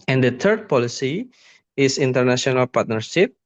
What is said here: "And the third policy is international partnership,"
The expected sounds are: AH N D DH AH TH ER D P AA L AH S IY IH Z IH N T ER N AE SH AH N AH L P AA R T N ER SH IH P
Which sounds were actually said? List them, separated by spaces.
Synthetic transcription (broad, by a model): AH N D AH T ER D P AA L AH S IY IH S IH N T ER N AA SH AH N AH L P AA R T N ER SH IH P